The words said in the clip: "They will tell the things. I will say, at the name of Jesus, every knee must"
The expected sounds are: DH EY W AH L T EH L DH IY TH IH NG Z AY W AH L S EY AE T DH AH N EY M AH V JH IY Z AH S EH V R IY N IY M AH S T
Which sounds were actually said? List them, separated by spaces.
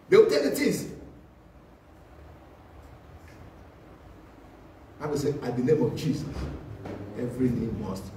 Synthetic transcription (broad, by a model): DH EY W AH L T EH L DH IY T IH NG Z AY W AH S EY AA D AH N EY M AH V JH IY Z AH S EH V R IY N IY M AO S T